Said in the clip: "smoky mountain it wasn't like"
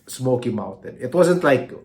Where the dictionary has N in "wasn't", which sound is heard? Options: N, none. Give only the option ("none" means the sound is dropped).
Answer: N